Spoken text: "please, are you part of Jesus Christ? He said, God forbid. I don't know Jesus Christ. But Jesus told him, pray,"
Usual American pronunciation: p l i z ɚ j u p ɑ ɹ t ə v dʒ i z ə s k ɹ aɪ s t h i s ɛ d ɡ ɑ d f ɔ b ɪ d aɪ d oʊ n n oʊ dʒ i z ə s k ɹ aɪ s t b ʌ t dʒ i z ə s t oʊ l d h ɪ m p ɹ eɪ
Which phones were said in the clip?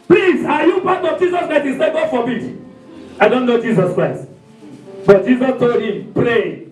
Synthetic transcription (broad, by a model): p l i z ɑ j u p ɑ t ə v dʒ i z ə s k ɹ aɪ s t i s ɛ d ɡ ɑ f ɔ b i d aɪ d oʊ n n oʊ dʒ i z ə s k ɹ aɪ s t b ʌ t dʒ i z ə s t oʊ l d h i m p ɹ eɪ